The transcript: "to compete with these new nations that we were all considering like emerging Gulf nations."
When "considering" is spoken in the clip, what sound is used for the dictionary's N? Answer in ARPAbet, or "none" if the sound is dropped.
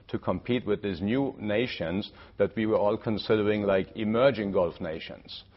N